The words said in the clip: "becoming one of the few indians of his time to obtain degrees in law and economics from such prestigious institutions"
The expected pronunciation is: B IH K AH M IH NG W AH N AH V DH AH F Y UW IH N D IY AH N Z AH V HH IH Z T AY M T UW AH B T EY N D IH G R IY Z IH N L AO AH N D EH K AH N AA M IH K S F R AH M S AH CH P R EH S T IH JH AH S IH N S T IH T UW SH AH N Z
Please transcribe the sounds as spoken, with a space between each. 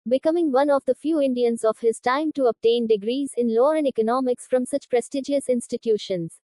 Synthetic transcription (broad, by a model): B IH K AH M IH NG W AH N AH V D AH F Y UW IH N D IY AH N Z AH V HH IH Z T AY M T UW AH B T EY N D IH G R IY Z IH N L AO AH N D EH K AH N AA M IH K S F R AH M S AH CH P R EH S T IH JH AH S IH N S T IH T UW SH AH N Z